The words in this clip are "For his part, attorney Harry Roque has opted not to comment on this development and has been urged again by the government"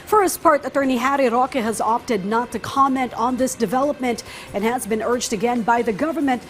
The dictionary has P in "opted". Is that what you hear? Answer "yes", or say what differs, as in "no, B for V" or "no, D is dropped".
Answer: yes